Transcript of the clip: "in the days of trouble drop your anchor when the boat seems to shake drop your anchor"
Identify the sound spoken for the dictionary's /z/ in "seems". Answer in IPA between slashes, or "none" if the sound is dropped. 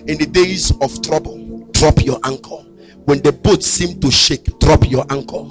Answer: none